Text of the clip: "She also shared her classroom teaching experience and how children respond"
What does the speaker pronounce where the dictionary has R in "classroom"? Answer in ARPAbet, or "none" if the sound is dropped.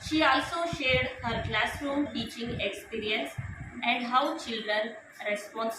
R